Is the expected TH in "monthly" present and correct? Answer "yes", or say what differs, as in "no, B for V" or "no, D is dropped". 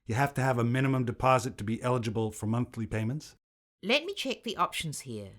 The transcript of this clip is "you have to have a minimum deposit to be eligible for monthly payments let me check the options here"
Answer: yes